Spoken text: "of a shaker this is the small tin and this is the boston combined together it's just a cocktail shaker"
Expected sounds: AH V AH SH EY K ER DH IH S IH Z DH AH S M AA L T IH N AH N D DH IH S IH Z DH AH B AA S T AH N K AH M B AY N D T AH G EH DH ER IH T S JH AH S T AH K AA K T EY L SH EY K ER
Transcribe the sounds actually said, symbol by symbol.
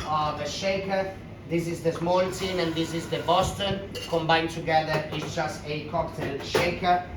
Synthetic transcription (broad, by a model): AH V AH SH EY K ER DH IH S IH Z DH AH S M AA N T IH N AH N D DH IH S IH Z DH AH B AA S T AH N K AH M B AY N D T AH G EH DH ER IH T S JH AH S T AH K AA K T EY L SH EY K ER